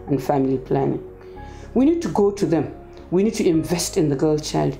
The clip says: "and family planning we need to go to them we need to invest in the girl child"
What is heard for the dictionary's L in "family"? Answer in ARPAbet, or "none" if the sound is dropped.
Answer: L